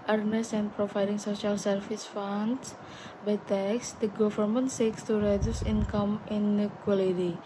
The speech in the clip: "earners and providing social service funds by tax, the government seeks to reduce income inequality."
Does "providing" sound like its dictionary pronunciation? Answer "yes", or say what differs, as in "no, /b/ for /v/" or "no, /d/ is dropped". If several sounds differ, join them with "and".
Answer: no, /f/ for /v/